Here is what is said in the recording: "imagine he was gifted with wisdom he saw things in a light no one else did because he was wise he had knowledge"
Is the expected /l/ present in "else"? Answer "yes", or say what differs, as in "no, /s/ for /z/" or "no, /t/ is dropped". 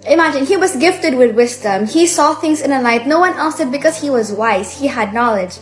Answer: no, /l/ is dropped